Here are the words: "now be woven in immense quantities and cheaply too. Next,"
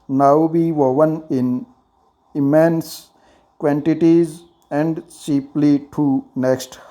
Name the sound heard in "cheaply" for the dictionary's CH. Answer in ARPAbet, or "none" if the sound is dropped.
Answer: S